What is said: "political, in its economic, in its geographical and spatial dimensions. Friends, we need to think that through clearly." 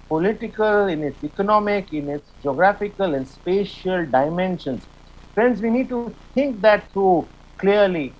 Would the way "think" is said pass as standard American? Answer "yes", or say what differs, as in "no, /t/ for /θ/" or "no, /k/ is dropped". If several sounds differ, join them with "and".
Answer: no, /t/ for /θ/